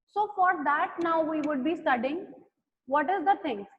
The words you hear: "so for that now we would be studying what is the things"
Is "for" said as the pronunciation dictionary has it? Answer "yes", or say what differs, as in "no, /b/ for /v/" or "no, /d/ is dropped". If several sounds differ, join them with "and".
yes